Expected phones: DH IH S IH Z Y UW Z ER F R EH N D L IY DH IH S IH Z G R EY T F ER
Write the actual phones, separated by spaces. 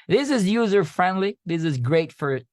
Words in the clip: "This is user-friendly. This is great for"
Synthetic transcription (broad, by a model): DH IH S IH Z Y UW Z ER F R EH N D L IY DH IH S IH Z G R EY T F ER